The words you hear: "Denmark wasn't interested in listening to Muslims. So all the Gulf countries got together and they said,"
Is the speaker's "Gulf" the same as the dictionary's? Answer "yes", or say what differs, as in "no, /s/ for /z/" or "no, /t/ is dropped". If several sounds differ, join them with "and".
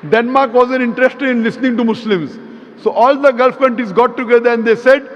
yes